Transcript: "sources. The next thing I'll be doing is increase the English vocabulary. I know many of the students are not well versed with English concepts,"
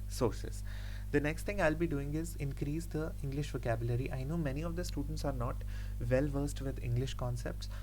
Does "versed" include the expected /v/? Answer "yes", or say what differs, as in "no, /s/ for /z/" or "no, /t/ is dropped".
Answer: yes